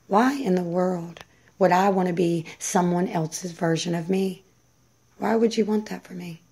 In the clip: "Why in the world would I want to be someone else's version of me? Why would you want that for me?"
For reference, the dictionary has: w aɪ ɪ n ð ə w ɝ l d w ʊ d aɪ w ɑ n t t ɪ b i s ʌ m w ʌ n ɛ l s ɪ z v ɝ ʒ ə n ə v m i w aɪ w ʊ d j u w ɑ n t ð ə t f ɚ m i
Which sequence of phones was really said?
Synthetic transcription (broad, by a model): w aɪ ɪ n ð ə w ɝ l d w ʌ d aɪ w ɑ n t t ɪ b i s ʌ m w ʌ n ɛ l s ɪ z v ɝ ʒ ə n ə v m i w aɪ w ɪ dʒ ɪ w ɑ n ð ə t f ɚ m i